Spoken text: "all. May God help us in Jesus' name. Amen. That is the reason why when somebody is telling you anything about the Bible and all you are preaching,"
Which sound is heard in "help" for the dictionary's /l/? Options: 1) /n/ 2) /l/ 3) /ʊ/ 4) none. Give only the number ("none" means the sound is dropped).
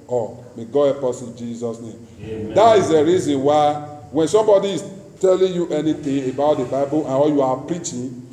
4